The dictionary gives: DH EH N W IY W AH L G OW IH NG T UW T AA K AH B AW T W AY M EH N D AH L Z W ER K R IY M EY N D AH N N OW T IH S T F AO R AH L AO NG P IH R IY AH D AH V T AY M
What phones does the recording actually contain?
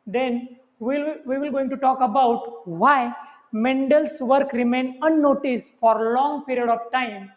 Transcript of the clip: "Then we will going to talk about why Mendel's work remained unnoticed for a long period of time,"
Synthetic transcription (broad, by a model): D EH N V IY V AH L G OW IH NG T UW T AA K AH B AW T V AY M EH N D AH L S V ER K R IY M EY N AH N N OW T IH S F AO R L AO NG P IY R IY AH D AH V T AY M